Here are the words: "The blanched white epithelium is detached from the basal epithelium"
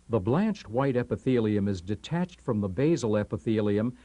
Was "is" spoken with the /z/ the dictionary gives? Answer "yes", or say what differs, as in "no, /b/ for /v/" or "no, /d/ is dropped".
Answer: yes